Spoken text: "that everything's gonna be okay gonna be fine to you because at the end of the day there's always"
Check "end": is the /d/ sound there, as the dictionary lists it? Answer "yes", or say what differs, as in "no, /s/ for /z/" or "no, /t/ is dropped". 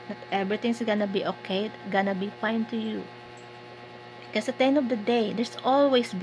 no, /d/ is dropped